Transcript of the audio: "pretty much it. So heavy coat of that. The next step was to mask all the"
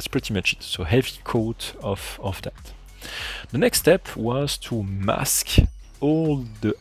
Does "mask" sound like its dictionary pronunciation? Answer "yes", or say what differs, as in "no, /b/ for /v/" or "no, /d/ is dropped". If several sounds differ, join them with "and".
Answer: yes